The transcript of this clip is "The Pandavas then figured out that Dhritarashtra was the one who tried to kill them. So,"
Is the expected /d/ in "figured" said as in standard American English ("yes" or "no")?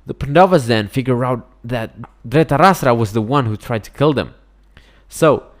no